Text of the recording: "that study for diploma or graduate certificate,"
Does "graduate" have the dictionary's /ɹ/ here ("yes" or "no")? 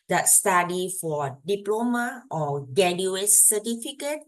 no